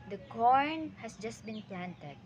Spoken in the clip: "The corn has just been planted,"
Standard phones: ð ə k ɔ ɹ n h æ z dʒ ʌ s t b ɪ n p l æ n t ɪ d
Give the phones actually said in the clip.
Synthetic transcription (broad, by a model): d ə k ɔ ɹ n h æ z dʒ ʌ s t b ɪ n p l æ n t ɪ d